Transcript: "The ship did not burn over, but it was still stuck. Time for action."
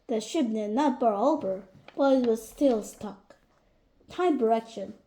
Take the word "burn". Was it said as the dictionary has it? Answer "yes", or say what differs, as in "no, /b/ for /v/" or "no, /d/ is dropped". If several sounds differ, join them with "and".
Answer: no, /n/ is dropped